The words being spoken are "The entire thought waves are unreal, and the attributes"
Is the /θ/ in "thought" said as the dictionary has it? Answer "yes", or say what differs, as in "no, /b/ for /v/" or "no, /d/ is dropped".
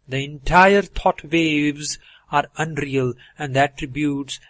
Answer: no, /t/ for /θ/